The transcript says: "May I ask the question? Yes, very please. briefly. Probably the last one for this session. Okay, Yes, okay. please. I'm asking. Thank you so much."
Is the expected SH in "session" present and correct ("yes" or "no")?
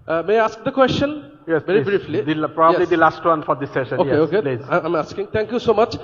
yes